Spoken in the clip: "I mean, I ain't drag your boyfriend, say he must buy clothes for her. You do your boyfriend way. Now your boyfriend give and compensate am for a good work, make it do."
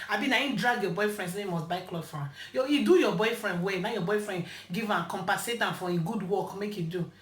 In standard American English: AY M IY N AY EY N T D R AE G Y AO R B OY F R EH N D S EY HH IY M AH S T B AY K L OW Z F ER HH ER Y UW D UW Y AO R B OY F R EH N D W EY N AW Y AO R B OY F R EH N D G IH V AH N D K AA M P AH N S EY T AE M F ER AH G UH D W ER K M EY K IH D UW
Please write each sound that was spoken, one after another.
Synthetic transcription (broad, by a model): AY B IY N AY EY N D R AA G Y AO B OY F R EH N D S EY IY M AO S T B AY K L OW F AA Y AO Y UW D UW Y AO B OY F R EH N D W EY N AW Y AO B OY F R EH N D G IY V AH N K AA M P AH S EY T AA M F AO AH G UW D W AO K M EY K IH D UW